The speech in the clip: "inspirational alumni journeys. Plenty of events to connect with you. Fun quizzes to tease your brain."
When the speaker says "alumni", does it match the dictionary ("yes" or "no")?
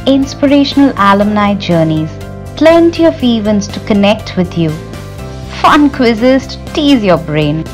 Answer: yes